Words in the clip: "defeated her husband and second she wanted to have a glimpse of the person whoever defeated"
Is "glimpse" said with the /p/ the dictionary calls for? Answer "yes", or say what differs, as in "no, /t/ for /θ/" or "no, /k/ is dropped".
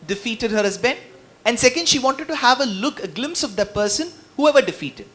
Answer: yes